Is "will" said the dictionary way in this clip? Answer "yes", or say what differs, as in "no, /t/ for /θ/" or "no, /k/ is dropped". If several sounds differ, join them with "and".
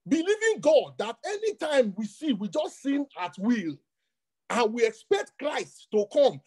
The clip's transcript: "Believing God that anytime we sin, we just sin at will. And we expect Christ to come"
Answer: yes